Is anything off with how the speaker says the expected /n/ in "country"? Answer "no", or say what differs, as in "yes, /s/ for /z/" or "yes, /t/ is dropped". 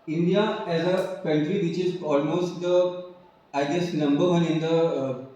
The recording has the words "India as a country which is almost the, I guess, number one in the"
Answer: no